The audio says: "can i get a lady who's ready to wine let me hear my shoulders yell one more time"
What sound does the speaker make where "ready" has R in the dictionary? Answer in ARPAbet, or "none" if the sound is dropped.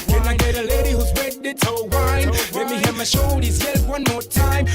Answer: W